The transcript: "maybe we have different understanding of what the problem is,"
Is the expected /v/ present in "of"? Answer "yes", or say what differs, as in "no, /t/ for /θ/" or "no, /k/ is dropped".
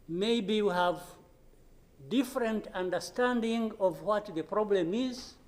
yes